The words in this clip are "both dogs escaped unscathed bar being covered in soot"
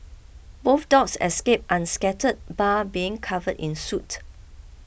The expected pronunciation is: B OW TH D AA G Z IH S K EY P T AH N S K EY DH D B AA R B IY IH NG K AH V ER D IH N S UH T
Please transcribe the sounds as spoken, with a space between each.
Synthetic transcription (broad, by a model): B OW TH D AA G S IH S K EY P T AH N S K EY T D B AA B IY IH NG K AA V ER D IH N S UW T